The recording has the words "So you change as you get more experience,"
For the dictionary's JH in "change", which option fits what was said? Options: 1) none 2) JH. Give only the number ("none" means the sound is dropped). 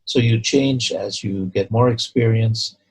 2